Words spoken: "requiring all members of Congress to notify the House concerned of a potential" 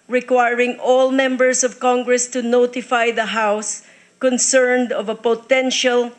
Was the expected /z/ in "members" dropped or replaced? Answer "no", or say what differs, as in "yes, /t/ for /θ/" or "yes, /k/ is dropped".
yes, /s/ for /z/